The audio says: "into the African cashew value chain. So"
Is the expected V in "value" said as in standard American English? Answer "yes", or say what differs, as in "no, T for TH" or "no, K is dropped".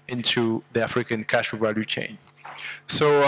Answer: yes